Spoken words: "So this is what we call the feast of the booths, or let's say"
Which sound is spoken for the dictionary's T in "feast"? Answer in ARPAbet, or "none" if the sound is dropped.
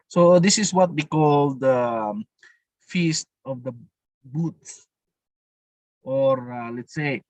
T